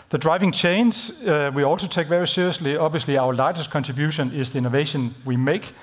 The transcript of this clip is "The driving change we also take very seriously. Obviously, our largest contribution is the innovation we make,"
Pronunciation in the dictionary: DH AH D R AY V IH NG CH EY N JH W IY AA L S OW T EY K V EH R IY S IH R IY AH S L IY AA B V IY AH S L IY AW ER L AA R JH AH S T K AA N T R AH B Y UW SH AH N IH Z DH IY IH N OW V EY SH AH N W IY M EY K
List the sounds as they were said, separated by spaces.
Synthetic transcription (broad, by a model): DH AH D R AY V IH NG CH EY N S W IY AA L S OW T EY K V EH R IY S IH R IY AH S L IY AA B V IY AH S L IY AW ER L AA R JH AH S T K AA N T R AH B Y UW SH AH N IH Z DH IY IH N OW V EY SH AH N W IY M EY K